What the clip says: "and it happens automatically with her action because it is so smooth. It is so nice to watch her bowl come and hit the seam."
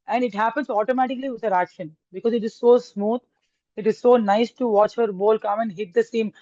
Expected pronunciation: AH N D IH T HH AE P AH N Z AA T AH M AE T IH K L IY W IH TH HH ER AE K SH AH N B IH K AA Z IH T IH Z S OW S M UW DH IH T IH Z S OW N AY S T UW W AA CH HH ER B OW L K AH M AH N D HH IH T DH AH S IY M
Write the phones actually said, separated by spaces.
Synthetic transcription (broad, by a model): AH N D IH T HH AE P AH N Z AA T AH M AE T IH K L IY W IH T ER AE K SH AH N B IH K AA Z IH T IH Z S OW S M UW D IH T IH Z S OW N AY S T UW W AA CH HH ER B OW L K AH M AH N D HH IH T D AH S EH M